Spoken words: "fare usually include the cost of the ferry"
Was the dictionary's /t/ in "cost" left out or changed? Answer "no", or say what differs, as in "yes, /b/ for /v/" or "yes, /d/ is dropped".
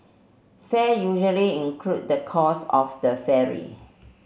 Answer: yes, /t/ is dropped